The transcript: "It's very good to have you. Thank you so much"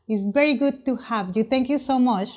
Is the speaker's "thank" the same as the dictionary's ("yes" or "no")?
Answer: no